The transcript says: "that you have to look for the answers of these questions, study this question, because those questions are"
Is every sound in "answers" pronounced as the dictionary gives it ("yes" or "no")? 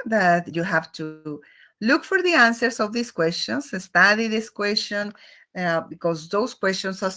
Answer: no